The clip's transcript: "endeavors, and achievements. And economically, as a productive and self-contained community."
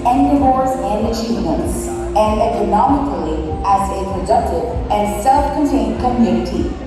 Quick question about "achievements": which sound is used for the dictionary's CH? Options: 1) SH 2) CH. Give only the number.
1